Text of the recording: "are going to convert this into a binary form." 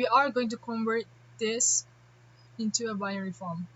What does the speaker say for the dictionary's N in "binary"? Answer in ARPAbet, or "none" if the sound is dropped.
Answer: none